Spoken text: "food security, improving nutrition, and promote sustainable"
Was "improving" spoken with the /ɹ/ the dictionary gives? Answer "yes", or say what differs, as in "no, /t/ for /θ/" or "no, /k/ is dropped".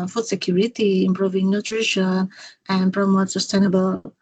yes